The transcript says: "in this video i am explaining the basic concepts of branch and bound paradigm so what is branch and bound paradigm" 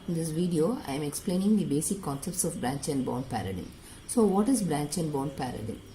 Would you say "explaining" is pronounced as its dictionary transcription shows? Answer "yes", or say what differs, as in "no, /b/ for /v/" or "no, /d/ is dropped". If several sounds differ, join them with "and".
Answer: yes